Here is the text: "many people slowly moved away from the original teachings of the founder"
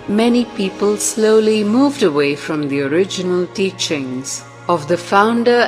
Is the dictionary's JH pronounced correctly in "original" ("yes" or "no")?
yes